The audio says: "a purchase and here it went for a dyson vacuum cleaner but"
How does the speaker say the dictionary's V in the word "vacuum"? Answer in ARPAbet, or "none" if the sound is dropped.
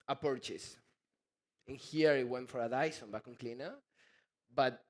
B